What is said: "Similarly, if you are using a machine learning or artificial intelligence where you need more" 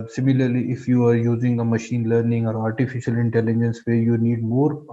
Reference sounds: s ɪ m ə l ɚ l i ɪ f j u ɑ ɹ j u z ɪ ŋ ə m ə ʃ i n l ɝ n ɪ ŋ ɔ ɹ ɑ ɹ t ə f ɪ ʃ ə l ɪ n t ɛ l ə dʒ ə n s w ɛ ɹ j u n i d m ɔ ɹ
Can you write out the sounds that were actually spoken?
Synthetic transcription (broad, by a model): s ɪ m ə l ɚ l i ɪ f j u ɑ ɹ j u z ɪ ŋ ə m ə ʃ i n l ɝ n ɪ ŋ ɔ ɹ ɑ ɹ t ə f ɪ ʃ ə l ɪ n t ɛ l ə dʒ ə n s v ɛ ɹ j u n i d m ɔ ɹ